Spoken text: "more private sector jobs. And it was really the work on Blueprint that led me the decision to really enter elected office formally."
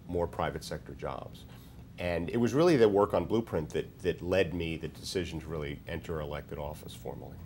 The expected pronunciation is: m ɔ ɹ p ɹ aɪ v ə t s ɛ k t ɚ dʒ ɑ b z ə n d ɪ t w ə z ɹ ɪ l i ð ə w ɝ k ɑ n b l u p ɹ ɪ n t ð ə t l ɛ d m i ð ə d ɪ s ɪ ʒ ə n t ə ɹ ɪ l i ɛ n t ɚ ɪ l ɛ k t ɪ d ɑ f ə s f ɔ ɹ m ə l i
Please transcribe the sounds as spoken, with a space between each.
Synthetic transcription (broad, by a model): m ɔ ɹ p ɹ aɪ v ə t s ɛ k t ɚ dʒ ɑ b z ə n ɪ t w ə z ɹ ɪ l i ð ə w ɝ k n b l u p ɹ ɪ n t ð ə t l ɛ d m i ð ə d ɪ s ɪ ʒ ə n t ɹ ɪ l i ɛ n t ɚ ɪ l ɛ k t ɪ d ɑ f ə s f ɔ ɹ m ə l i